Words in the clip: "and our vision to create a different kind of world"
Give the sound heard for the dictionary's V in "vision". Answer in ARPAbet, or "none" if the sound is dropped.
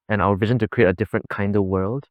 V